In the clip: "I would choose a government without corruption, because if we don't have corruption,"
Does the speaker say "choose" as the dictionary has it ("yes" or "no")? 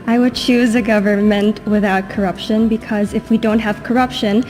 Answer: yes